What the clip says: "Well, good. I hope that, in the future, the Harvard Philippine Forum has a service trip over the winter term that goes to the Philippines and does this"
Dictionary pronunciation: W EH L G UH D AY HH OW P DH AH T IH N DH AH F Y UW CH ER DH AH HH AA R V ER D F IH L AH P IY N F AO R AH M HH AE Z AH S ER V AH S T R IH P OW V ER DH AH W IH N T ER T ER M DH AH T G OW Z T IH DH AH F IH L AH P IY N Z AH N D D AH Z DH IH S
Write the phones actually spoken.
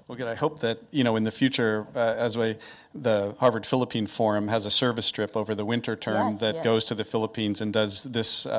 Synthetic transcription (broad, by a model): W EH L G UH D AY HH OW P DH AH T IH N DH AH F Y UW CH ER DH AH HH AA R V ER D F IH L AH P IY N F AO R AH M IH Z AH S ER V AH S T R IH P OW V ER DH AH W IH N T ER T ER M DH AH T G OW Z T IH DH AH F IH L AH P IY N Z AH N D D AH Z DH IH S